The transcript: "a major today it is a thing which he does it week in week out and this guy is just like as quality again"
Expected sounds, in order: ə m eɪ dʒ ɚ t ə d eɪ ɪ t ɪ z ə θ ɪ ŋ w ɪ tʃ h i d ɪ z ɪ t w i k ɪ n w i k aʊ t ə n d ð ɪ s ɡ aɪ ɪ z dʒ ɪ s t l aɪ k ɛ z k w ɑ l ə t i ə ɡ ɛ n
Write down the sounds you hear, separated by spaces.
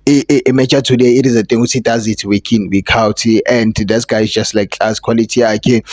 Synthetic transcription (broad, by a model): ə m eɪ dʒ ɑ t ə d eɪ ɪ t ɪ z ə t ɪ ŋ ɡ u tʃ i d ɪ z ɪ t w i k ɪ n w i k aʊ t ə n d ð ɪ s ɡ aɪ ɪ z dʒ ɪ s t l aɪ k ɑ s k w ɑ l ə t i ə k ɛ